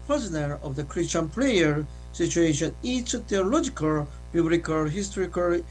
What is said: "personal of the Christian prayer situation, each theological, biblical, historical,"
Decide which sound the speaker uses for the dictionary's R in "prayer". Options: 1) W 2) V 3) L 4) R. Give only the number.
3